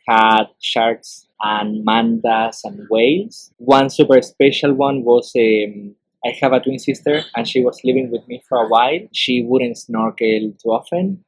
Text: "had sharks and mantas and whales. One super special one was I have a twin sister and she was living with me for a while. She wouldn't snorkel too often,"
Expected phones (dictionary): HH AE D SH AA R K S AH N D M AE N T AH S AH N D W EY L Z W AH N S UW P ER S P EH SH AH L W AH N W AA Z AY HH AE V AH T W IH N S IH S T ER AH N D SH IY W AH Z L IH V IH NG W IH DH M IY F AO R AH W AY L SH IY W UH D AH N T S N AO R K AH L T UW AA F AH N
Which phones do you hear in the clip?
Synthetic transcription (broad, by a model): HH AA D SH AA R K S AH N M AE N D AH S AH N W EY L S W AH N S UW P ER S P EH SH AH L W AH N W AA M AY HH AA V AH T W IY N S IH S T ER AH N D SH IY W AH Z L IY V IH NG W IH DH M IY F AO R AH W AY L SH IY W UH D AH N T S N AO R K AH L T UW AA F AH N